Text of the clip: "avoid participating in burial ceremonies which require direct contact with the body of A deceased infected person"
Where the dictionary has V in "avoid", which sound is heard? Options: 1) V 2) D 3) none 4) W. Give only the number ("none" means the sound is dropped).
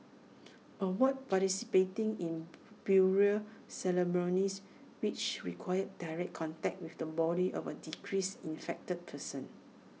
4